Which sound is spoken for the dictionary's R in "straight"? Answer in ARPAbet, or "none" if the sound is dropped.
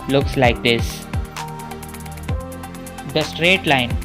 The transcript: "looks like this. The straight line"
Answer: R